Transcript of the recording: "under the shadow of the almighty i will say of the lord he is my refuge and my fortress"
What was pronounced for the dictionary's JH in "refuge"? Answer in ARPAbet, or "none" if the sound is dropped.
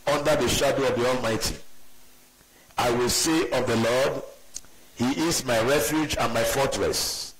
JH